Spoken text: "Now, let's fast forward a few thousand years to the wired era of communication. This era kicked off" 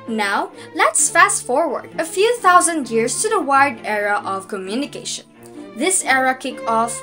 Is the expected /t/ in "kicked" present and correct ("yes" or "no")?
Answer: no